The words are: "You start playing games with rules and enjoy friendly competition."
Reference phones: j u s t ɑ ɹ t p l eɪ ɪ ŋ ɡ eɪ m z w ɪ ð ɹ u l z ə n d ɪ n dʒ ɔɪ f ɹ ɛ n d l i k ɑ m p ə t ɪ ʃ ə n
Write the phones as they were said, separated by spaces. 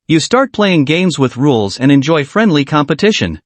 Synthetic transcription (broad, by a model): j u s t ɑ ɹ t p l eɪ ɪ ŋ ɡ eɪ m z w ɪ ð ɹ u l z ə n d ɪ n dʒ ɔɪ f ɹ ɛ n d l i k ɑ m p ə t ɪ ʃ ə n